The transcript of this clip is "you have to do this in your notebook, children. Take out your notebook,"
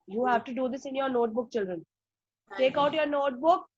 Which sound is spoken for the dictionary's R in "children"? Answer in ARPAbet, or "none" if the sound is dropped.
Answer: R